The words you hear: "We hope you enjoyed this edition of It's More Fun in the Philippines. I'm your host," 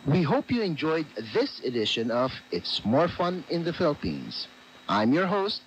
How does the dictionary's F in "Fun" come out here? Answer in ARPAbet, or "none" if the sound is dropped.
F